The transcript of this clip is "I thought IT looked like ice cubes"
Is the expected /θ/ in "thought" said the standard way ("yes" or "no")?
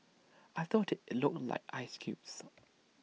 yes